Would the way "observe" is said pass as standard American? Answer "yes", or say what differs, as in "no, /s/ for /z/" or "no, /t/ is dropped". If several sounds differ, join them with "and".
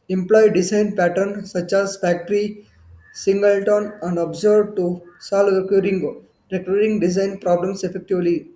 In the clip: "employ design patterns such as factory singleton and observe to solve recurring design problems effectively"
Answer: no, /b/ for /v/